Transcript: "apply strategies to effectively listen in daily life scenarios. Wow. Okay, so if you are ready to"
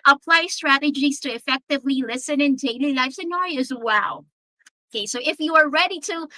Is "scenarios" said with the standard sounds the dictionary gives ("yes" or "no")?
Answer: no